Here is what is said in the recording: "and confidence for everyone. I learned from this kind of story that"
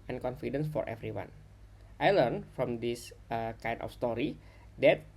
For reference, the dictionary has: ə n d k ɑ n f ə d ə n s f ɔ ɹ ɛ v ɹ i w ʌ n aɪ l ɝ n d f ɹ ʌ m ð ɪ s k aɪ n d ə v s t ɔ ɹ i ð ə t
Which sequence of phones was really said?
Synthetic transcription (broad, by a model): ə n k ɑ n f ə d ə n s f ɔ ɹ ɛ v ɹ i w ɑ n aɪ l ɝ n f ɹ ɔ m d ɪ s k aɪ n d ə f s t ɔ ɹ i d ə t